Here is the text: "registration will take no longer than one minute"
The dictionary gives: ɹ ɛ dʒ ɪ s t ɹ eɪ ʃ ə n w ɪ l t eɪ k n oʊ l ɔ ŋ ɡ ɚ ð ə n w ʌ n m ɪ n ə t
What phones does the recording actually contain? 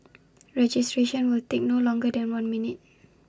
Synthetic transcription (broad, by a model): ɹ ɛ dʒ ɪ s t ɹ eɪ ʃ ə n w ɪ l t eɪ k n oʊ l ɔ ŋ ɡ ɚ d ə n w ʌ n m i n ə t